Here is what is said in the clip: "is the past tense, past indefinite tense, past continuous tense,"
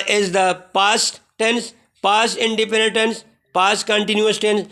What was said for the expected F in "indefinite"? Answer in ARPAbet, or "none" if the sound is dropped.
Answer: P